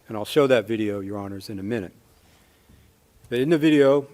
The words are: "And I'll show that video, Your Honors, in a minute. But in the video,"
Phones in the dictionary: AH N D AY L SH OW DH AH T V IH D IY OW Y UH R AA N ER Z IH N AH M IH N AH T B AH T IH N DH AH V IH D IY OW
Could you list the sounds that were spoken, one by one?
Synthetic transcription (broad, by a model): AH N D AY L SH OW DH AH T V IH D IY OW Y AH R AA N ER Z IH N AH M IH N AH T B AH T IH N DH AH V IH D IY OW